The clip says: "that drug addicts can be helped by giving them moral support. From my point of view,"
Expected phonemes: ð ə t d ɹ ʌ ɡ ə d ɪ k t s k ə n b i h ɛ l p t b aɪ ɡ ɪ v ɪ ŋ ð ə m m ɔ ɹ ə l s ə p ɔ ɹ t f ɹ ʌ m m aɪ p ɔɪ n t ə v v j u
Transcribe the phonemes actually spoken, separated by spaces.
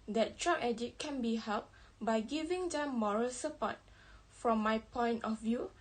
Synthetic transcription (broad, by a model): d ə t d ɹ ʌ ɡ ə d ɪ t k ə n b i h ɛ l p b aɪ ɡ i v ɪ ŋ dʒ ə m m ɔ ɹ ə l s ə p ɔ t f ɹ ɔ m m aɪ p ɔɪ n t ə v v j u